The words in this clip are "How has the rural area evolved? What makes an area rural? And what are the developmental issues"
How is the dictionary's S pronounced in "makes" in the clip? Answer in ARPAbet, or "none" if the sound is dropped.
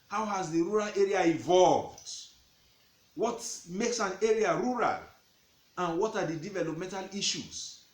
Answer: S